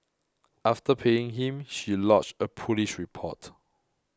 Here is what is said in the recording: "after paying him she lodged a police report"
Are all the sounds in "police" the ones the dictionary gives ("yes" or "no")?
no